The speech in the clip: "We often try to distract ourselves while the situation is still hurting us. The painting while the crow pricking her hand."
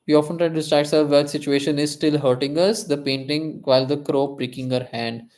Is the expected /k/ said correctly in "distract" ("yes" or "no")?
no